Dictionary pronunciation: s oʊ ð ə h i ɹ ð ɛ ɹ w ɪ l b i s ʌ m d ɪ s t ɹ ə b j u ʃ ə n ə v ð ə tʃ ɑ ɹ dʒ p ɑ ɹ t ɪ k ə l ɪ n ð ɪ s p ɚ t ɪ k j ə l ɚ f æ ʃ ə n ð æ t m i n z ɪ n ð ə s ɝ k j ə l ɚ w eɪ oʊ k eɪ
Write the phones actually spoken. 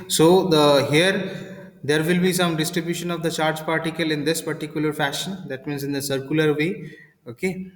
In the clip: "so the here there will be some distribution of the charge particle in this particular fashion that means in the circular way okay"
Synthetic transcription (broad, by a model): s oʊ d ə h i ɹ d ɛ ɹ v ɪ l b i s ʌ m d ɪ s t ɹ ə b j u ʃ ə n ə v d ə tʃ ɑ ɹ dʒ p ɑ ɹ t ɪ k ə l ɪ n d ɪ s p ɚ t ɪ k j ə l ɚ f æ ʃ ə n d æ t m i n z ɪ n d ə s ɝ k j ə l ɚ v eɪ oʊ k eɪ